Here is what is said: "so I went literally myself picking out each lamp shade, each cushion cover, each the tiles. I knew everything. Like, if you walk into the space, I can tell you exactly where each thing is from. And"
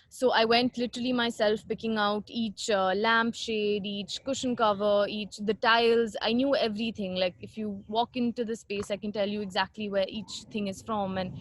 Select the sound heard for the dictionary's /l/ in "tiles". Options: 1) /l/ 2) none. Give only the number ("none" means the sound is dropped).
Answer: 1